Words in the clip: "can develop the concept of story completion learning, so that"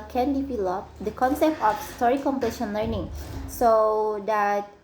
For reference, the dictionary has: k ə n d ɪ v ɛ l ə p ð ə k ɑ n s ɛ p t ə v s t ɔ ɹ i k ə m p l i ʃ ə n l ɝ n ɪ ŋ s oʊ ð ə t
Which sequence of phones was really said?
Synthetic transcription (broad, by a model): k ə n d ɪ p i l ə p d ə k ɑ n s ɛ p t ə f s t ɔ ɹ i k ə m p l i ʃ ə n l ɝ n ɪ ŋ s oʊ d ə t